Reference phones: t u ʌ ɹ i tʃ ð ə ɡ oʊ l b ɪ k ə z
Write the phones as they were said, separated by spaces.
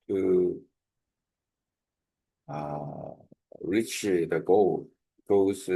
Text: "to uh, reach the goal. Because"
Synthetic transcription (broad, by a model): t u ʌ ɹ i tʃ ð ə ɡ oʊ l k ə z